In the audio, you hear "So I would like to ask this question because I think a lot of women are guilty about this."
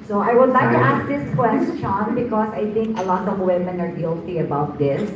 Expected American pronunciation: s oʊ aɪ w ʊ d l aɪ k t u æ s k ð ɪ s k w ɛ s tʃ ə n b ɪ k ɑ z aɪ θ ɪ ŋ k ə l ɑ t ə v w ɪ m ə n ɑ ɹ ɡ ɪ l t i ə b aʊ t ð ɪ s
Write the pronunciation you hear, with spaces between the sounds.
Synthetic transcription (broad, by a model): s oʊ aɪ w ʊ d l aɪ k t u æ s k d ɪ s k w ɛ s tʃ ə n b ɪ k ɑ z aɪ t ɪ ŋ k ə l ɑ t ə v w ɪ m ə n ɑ ɹ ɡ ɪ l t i ə b aʊ t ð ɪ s